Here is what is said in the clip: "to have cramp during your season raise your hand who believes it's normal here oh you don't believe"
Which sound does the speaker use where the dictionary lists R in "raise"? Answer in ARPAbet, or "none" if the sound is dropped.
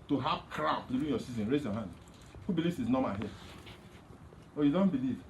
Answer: R